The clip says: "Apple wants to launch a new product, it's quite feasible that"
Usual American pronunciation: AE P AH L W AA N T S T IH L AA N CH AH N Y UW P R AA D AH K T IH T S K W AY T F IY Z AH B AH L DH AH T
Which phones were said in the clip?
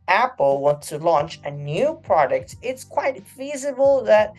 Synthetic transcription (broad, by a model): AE P L W AA N T S T IH L AA N CH AH N Y UW P R AA D AH K T IH T S K W AY T F IY Z AH B AH L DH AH T